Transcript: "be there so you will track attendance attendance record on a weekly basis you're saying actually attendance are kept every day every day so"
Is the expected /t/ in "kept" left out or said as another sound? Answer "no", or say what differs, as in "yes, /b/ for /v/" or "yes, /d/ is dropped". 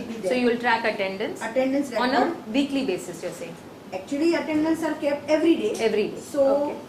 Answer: yes, /t/ is dropped